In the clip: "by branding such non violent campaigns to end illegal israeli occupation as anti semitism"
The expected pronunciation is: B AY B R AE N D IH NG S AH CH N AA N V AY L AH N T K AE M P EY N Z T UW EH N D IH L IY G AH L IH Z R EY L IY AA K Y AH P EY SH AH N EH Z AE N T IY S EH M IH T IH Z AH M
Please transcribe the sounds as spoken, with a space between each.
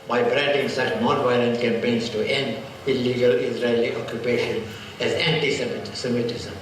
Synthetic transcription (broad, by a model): B AY B R AE N D IH NG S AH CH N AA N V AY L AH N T K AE M P EY N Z T UW EH N D IH L IY G AH L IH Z R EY L IY AA K Y AH P EY SH AH N EH Z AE N T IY S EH M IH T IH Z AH M